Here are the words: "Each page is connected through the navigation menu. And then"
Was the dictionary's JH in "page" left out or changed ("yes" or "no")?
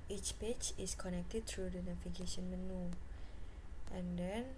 yes